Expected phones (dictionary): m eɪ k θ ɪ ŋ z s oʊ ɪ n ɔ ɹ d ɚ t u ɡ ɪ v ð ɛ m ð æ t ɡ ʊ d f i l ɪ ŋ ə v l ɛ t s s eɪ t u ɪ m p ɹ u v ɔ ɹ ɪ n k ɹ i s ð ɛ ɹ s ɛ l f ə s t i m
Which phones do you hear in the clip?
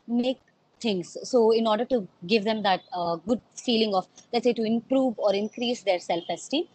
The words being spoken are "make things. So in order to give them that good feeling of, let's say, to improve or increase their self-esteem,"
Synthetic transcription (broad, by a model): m eɪ k t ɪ ŋ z s oʊ ɪ n ɔ ɹ d ɚ t u ɡ ɪ v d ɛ m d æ t ɡ ʊ d f i l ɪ ŋ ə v l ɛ t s s eɪ t u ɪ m p ɹ u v ɔ ɹ ɪ n k ɹ i s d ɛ ɹ s ɛ l f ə s t i